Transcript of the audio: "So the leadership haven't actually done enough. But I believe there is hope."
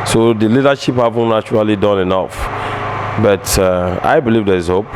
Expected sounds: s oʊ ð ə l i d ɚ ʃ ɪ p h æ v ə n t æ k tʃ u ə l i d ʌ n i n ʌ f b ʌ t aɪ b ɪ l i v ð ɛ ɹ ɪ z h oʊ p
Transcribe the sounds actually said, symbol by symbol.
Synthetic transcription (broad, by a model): s oʊ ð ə l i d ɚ ʃ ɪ p h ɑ v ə n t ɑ tʃ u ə l i d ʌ n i n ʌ f b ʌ t aɪ b ɪ l i v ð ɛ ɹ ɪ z h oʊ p